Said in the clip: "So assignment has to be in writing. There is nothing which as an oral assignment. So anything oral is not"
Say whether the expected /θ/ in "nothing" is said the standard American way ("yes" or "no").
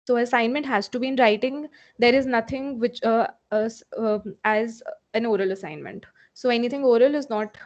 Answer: no